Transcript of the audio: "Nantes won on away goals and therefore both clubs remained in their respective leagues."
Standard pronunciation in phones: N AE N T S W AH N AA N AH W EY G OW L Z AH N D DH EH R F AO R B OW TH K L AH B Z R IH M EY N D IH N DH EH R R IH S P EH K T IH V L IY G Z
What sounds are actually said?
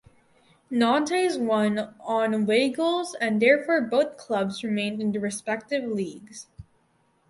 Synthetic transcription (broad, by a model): N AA N T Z W AH N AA N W EY G OW L Z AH N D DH EH R F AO R B OW TH K L AH B Z R IH M EY N D IH N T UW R R IH S P EH K T IH V L IY G Z